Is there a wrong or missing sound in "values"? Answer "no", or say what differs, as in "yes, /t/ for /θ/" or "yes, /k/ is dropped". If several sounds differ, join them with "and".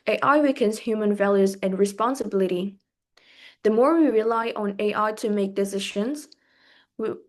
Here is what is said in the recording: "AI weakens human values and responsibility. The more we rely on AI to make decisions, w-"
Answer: no